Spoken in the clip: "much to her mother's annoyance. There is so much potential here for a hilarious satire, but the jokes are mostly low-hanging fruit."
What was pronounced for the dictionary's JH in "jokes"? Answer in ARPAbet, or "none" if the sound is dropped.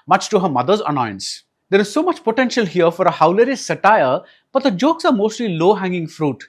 JH